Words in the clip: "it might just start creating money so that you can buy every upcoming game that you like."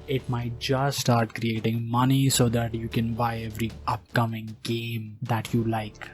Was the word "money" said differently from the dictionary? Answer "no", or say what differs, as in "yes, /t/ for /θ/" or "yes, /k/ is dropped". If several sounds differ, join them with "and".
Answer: no